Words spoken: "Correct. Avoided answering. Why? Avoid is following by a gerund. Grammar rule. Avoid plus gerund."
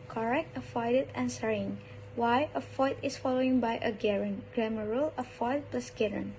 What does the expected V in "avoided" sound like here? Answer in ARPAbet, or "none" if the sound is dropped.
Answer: F